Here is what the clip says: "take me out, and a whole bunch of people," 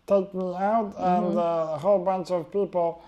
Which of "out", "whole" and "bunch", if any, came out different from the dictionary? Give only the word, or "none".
bunch